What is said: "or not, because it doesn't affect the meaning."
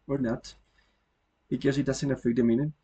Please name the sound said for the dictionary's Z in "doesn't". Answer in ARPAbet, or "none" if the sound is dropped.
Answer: S